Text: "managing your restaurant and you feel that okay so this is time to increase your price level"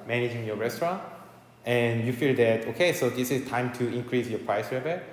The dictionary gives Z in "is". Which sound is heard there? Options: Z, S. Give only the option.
S